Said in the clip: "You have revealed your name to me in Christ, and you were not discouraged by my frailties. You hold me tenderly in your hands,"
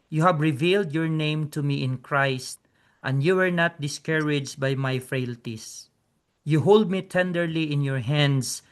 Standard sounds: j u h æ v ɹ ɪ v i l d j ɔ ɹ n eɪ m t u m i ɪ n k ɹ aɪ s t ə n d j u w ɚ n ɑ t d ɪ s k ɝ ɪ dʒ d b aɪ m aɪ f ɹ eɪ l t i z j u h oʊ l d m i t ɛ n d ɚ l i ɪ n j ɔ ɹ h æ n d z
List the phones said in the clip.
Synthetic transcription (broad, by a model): j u h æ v ɹ ɪ v i l d j ɔ ɹ n eɪ m t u m i ɪ n k ɹ aɪ s t ə n d j u w ɚ n ɑ t d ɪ s k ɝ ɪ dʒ b aɪ m aɪ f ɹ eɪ l t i s j u h oʊ l d m i t ɛ n d ɚ l i ɪ n j ɔ ɹ h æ n d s